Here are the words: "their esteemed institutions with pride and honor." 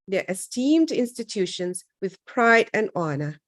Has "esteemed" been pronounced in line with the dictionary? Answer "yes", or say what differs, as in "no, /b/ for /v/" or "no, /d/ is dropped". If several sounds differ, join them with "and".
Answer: yes